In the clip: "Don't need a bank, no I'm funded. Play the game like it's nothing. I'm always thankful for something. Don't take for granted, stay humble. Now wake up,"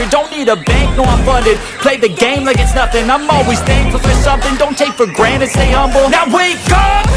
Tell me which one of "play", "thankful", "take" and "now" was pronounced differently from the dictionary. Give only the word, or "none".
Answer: thankful